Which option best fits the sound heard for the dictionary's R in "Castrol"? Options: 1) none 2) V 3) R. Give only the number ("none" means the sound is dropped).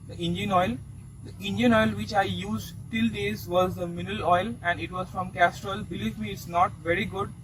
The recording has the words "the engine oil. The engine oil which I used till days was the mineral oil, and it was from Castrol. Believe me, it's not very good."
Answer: 3